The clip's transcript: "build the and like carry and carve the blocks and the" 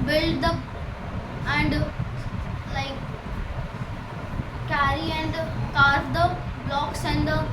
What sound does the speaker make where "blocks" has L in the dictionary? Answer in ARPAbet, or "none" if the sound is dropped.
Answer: L